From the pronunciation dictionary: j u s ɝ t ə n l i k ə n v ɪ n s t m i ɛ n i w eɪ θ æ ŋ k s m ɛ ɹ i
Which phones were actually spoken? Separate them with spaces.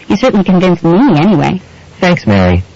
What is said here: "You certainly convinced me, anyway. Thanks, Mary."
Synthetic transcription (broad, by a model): j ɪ s ɝ t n l i k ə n v ɪ n s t m i ɛ n i w eɪ θ æ ŋ k s m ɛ ɹ i